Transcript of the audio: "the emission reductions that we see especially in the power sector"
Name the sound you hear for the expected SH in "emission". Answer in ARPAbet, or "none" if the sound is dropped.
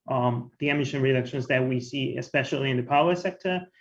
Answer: SH